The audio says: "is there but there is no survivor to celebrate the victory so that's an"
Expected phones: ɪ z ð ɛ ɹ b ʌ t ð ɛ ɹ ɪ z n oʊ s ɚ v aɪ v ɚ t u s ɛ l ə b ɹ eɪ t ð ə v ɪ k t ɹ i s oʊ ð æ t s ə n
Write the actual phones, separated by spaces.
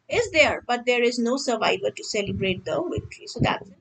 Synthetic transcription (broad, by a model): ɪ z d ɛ ɹ b ʌ t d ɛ ɹ ɪ z n oʊ s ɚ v aɪ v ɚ t u s ɛ l ə b ɹ eɪ t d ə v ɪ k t l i s oʊ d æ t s